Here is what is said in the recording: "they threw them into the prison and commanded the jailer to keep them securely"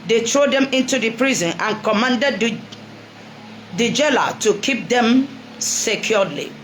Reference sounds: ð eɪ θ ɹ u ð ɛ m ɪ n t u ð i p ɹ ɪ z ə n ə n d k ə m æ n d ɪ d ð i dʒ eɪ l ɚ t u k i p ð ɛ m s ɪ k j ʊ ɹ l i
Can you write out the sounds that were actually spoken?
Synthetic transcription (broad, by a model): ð eɪ t ɹ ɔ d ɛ m ɪ n t u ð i p ɹ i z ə n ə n k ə m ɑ n d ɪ d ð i dʒ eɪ l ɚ t u k i p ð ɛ m s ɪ k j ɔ l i